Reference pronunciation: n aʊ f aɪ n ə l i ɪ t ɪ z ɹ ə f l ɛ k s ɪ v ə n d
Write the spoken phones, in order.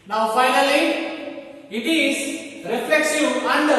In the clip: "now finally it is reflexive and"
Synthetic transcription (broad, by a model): n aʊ f aɪ n ə l i ɪ t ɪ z ɹ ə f l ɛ k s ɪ ə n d